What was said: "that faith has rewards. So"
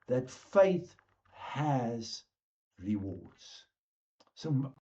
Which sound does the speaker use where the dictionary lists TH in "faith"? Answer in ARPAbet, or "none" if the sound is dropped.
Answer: TH